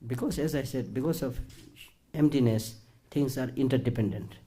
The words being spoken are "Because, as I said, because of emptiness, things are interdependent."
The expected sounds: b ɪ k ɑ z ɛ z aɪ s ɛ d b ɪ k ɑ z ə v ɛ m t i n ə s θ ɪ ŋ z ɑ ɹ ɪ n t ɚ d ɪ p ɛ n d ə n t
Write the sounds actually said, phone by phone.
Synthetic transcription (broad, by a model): b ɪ k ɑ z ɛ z aɪ s ɛ d b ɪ k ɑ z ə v ɛ m t i n ə s t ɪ ŋ s ɑ ɹ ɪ n t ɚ d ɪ p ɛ n d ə n t